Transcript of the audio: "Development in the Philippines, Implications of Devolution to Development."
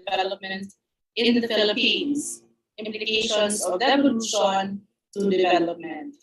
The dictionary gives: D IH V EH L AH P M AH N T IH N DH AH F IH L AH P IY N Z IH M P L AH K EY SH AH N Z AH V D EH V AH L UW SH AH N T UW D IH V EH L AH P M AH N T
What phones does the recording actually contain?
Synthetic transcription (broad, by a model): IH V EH L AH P M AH N T IH N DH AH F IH L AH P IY N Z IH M P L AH K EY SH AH N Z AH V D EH AH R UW S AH N T UW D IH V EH L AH P M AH N T